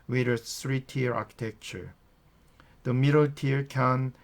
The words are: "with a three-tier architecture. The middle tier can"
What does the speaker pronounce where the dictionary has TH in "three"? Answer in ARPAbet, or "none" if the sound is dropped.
S